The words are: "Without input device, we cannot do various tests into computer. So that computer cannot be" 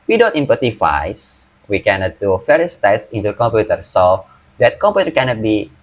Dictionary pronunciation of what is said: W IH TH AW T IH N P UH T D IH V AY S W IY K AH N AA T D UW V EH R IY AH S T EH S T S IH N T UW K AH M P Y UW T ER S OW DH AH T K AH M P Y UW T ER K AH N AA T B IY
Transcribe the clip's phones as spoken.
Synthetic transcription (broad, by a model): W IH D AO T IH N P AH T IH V AY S W IY K AH N AA T D UW F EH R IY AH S T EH S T IH N T UW K AH M P Y UW T ER S OW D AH T K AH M P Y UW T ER K AH N AA T B IY